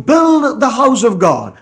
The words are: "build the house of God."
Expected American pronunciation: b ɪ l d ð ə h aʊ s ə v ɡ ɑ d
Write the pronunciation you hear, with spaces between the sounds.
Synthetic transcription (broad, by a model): b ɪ l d ð ə h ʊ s ə v ɡ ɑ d